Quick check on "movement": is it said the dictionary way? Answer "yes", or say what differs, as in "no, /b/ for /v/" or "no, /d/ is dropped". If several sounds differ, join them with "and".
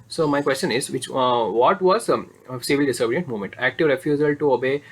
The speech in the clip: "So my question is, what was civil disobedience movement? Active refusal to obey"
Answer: no, /v/ is dropped